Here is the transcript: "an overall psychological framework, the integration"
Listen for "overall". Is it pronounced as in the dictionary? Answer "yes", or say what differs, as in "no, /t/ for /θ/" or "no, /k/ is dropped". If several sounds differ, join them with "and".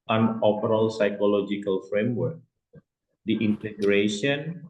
no, /p/ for /v/